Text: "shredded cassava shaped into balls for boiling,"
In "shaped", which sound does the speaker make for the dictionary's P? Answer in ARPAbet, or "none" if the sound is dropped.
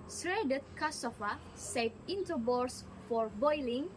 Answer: none